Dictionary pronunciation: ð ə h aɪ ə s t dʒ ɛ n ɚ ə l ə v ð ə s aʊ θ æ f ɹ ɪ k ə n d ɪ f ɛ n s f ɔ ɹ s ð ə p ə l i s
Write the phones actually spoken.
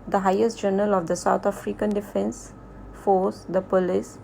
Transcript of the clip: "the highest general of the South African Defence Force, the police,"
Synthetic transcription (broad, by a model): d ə h aɪ ə s t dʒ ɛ n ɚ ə l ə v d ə s aʊ t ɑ f ɹ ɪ k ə n d ɪ f ɛ n s f ɔ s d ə p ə l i s